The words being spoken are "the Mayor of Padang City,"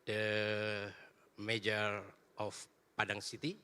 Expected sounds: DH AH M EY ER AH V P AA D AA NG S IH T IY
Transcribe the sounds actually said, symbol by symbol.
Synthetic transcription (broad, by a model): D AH M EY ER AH F P AA D AA NG S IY T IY